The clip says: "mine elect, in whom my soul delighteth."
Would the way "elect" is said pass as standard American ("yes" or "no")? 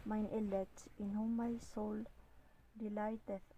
no